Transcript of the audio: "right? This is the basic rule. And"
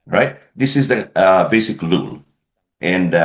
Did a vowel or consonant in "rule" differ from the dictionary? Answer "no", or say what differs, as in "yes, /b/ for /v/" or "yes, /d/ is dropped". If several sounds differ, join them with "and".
yes, /l/ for /ɹ/